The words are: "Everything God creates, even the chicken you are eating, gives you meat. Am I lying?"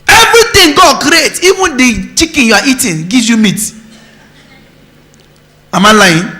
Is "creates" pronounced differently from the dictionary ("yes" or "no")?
yes